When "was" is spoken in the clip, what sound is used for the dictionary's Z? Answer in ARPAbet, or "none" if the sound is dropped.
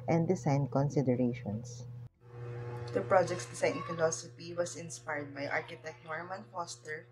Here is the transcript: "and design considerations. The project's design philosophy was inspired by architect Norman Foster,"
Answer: S